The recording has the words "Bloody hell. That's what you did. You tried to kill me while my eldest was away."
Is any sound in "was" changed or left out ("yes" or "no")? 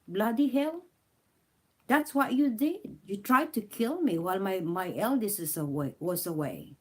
yes